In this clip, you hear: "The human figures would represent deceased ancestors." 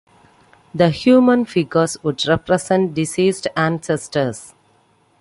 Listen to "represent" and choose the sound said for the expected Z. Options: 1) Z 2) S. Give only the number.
2